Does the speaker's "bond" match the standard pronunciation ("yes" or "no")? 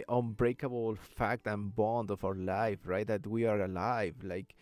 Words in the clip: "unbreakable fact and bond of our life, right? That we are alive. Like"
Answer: yes